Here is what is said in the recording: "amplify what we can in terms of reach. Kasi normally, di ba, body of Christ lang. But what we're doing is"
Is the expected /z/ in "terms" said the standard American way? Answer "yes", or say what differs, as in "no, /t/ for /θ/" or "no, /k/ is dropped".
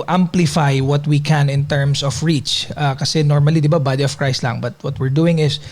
no, /s/ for /z/